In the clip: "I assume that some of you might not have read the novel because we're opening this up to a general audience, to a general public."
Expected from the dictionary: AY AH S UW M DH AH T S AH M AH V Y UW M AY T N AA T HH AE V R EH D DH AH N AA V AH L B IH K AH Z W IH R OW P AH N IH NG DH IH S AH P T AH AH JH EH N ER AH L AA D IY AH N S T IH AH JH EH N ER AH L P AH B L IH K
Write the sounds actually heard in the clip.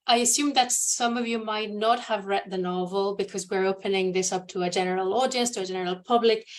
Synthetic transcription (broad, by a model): AY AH S UW M DH AH T S AH M AH V Y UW M AY T N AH T HH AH V R EH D DH AH N AA V AH L B IH K AH Z W IH R OW P AH N IH NG DH IH S AH P T AH AH JH EH N ER AH L AA D IY AH N S T IH AH JH EH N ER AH L P AH B L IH K